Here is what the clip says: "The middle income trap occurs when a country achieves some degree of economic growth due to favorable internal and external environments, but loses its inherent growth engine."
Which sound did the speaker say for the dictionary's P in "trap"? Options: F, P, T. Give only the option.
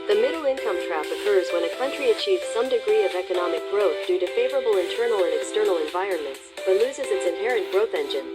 F